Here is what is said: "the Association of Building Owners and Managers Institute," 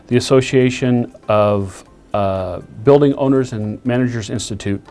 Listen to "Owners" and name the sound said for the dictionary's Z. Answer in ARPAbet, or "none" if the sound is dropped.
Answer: Z